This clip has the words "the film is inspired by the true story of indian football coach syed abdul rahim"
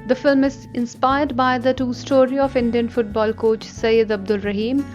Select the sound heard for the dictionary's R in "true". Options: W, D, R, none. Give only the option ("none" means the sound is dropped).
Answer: none